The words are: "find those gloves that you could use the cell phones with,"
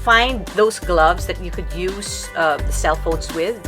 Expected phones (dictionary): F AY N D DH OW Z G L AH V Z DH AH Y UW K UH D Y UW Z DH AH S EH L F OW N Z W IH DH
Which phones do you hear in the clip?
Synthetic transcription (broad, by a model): F AY N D DH OW Z G L AH V Z DH AH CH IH K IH D Y UW Z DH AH S EH L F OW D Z W IH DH